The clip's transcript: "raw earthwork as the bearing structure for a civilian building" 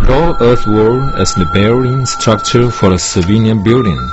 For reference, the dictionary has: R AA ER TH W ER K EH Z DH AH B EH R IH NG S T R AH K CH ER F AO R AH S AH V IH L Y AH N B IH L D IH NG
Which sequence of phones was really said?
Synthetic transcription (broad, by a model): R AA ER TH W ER EH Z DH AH B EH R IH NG S T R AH K CH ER F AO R AH S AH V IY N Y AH N B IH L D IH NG